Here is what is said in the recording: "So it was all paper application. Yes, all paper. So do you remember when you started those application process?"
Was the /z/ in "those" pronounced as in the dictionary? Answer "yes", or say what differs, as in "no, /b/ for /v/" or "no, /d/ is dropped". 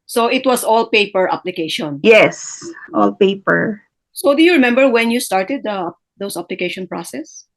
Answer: no, /s/ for /z/